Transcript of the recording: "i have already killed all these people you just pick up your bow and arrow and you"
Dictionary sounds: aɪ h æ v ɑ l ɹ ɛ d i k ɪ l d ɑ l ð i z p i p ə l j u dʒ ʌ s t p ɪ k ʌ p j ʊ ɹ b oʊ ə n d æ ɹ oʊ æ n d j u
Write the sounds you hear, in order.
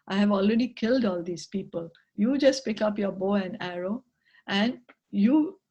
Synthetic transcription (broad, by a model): aɪ h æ v ɑ l ɹ ɛ d i k ɪ l d ɑ l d i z p i p ə l j u dʒ ʌ s t p ɪ k ʌ p j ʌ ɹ b oʊ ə n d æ ɹ oʊ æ n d j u